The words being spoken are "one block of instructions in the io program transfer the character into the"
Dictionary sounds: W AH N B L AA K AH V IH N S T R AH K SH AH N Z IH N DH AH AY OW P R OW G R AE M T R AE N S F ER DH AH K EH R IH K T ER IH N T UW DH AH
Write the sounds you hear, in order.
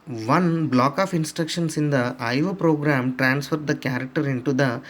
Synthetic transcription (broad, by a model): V AH N B L AA K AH P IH N S T R AH K SH AH N S IH N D AH AY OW P R OW G R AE M T R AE N S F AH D AH K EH R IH K T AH IH N T UW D AH